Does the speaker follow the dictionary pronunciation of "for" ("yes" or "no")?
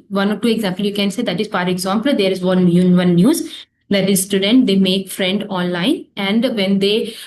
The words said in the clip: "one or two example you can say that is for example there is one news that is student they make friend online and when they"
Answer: no